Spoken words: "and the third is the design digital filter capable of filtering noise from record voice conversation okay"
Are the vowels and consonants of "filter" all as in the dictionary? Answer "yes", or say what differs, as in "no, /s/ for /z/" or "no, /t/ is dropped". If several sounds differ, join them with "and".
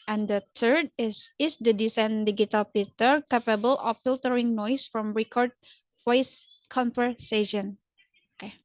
no, /p/ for /f/ and /l/ is dropped